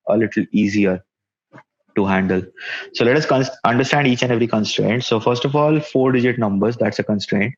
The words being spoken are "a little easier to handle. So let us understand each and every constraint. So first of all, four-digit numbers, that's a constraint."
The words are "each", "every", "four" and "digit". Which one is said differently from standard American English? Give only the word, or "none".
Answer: none